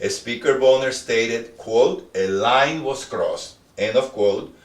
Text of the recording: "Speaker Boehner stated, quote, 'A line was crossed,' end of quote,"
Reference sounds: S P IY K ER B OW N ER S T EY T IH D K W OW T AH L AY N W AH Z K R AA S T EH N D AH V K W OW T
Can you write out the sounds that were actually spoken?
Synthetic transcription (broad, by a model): S P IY K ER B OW N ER S T EY T IH D K W OW T AH L AY N W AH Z K R AA S T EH N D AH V K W OW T